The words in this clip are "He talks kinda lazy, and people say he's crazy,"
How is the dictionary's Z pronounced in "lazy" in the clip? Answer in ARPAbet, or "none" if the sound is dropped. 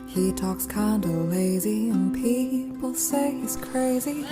Z